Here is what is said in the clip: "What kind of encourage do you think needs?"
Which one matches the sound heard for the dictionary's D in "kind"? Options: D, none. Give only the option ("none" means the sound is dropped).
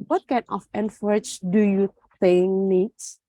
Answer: none